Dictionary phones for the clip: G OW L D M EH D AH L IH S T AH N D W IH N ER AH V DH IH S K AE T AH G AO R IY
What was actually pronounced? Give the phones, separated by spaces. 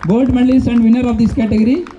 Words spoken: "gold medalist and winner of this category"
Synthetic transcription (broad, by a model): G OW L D M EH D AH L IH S AH N D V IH N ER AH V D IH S K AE T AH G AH R IY